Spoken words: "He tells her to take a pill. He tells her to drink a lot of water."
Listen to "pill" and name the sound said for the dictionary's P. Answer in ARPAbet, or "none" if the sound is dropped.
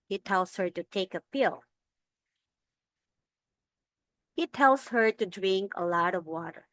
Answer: P